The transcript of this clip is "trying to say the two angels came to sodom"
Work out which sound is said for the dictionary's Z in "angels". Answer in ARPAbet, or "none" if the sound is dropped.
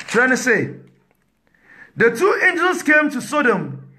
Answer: S